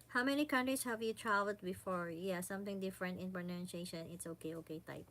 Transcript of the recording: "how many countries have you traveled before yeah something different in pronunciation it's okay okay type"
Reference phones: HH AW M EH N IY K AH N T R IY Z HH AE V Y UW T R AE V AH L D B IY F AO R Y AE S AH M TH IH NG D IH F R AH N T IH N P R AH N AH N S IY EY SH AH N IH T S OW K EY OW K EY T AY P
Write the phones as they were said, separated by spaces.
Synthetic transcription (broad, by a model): HH AW M EH N IY K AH N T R IY S HH AE V Y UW T R AE V AH L D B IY F AO R Y AE S AH M TH IH NG D IH F R AH N T IH N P R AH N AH N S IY EY SH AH N IH T S OW K EY OW K EY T AY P